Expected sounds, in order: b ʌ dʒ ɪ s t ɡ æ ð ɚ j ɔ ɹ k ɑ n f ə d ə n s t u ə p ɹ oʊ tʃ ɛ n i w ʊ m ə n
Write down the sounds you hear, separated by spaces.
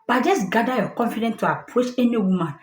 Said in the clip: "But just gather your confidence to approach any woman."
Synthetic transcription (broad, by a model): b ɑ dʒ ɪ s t ɡ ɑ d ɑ j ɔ k ɑ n f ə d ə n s t u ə p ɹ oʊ s ɛ n i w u m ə n